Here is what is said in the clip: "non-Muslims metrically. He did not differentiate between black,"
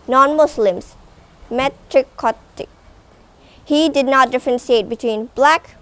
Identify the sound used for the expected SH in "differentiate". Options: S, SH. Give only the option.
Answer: S